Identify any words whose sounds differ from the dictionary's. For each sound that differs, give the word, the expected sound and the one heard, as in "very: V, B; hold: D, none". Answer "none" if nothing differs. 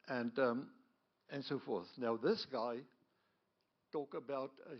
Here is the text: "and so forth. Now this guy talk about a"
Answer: none